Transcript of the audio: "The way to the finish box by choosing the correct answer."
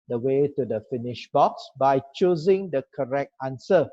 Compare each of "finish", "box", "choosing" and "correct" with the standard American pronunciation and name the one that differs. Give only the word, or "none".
none